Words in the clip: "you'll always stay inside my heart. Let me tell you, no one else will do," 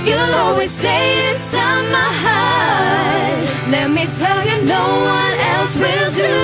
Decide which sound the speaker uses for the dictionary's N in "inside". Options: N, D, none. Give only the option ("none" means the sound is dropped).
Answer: none